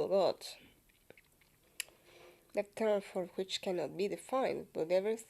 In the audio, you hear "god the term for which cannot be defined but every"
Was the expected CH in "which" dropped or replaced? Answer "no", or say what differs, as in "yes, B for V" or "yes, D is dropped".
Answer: no